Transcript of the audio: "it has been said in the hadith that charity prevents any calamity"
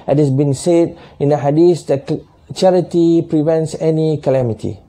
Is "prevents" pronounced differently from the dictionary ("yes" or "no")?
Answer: no